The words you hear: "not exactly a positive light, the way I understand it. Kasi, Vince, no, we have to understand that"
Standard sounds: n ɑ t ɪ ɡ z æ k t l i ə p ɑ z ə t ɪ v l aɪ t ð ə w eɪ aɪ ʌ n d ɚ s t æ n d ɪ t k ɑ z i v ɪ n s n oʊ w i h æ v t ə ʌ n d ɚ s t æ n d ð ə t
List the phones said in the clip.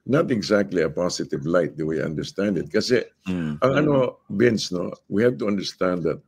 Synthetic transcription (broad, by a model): n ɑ t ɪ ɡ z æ k t l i ə p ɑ s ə t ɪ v l aɪ t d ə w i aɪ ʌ n d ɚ s t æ n d ɪ t k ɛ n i b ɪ n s n oʊ w i h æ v t ə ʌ n d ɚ s t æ n d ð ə t